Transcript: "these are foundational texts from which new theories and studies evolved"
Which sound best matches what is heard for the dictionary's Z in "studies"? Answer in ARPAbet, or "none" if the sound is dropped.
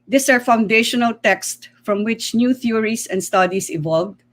S